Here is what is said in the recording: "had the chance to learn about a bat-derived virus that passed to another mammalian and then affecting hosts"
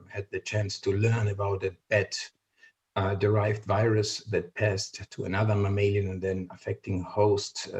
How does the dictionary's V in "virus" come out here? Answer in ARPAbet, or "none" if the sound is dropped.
V